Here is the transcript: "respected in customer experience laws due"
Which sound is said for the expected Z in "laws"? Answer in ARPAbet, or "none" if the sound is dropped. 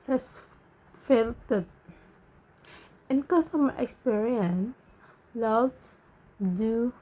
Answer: S